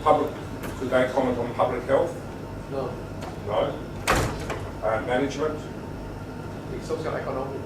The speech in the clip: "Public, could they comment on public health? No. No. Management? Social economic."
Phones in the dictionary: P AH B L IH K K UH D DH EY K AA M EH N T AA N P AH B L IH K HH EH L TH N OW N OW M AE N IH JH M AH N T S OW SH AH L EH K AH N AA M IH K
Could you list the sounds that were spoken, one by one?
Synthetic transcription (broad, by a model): P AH B L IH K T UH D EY K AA M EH N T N P AH B L IH K HH EH L TH N OW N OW M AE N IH JH M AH N T S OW S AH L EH K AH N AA M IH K